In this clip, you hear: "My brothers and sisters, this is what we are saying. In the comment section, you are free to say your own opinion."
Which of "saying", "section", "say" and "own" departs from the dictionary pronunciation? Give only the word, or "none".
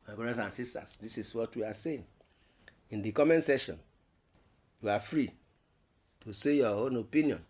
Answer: section